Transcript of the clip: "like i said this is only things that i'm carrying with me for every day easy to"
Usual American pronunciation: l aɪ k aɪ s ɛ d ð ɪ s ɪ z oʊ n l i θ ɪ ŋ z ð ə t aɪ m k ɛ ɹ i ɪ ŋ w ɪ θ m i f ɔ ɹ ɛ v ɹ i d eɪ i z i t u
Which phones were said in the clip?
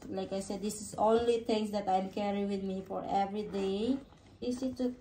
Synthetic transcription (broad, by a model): l aɪ k aɪ s ɛ d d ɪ s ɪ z oʊ n l i t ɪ ŋ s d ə t aɪ m k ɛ ɹ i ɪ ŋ w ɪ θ m i f ɔ ɹ ɛ v ɹ i d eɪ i s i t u